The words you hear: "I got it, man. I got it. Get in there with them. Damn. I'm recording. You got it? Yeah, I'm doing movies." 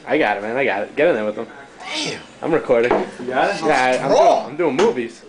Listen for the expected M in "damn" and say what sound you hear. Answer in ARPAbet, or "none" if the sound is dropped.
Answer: none